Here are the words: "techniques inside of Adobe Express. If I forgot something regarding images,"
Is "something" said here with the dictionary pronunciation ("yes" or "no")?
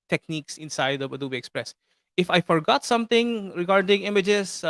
no